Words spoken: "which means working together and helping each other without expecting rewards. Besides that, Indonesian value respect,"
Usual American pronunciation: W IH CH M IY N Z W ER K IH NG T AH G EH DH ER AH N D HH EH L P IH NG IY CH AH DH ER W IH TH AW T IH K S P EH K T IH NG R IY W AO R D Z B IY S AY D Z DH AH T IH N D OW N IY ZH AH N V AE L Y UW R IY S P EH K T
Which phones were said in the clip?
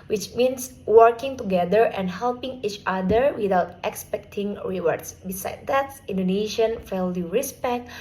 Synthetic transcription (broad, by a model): W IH CH M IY N S W ER K IH NG T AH G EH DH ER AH N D HH EH L P IH NG IY CH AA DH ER W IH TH AW T IH K S P EH K T IH NG R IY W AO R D S B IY S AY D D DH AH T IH N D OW N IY SH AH N F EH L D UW R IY S P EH K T